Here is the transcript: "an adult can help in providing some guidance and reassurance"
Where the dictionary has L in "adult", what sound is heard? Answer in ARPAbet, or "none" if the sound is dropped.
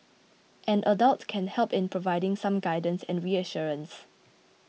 L